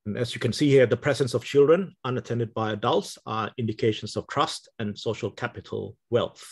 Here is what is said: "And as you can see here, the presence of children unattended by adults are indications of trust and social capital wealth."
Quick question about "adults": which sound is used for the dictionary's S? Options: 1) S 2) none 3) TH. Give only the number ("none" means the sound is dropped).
1